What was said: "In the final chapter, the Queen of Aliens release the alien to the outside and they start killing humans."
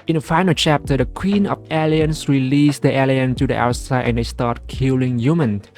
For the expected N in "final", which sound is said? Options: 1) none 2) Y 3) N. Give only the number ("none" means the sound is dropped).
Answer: 3